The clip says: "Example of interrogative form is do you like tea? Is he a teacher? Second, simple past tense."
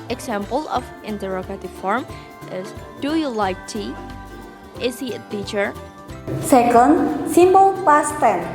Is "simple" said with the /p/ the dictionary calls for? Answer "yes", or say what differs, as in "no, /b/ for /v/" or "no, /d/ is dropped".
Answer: no, /b/ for /p/